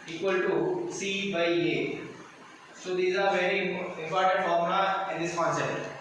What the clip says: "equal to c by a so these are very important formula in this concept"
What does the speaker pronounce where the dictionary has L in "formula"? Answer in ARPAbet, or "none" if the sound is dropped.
none